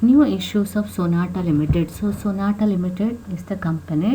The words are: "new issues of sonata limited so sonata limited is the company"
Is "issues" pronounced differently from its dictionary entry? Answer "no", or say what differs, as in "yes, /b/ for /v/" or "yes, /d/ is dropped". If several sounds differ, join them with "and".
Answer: yes, /s/ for /z/